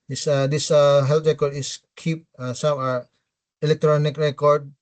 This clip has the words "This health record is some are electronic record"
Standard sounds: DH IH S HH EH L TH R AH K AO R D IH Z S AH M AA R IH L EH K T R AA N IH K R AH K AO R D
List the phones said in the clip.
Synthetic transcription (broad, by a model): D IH S HH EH L T R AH K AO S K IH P S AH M AA R IH L EH K T R AA N IH K R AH K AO R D